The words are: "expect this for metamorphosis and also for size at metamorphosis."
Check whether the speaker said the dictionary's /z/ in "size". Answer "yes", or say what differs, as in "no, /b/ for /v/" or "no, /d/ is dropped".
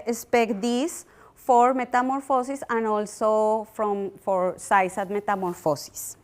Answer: no, /s/ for /z/